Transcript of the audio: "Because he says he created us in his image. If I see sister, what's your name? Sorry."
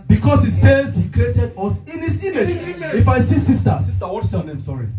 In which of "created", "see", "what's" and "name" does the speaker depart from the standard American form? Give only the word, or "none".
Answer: what's